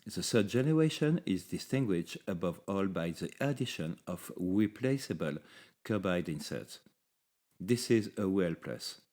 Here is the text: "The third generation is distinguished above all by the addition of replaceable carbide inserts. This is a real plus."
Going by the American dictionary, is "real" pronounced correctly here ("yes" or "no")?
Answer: no